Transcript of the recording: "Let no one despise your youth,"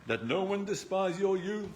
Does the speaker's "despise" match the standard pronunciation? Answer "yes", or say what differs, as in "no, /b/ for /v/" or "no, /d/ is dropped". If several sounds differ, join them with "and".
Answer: yes